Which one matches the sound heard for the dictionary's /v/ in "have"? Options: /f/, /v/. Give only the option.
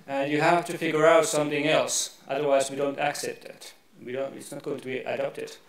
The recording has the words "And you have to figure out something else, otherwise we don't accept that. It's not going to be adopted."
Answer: /f/